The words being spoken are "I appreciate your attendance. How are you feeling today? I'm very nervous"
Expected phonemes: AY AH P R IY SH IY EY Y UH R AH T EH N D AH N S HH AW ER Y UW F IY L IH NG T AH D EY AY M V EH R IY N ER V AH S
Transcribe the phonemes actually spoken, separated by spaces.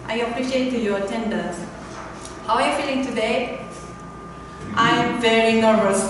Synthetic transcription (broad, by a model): AY AH P R IY SH IY EY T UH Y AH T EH N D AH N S HH AW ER Y UW F IY L IH NG T AH D EY AY M V EH R IY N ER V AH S